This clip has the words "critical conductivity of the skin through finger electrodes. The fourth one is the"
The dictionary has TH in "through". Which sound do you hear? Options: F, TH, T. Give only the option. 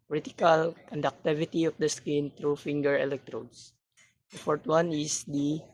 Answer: T